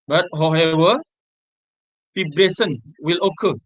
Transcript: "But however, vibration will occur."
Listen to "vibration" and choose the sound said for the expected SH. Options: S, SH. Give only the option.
S